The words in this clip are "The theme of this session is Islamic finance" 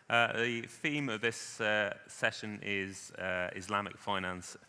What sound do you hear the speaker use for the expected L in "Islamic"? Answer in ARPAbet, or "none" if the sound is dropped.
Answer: L